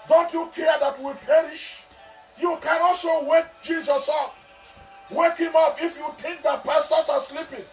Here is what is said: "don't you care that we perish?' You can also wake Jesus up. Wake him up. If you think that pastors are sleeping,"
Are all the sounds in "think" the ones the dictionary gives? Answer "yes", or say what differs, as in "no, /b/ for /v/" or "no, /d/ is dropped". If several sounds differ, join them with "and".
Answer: no, /t/ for /θ/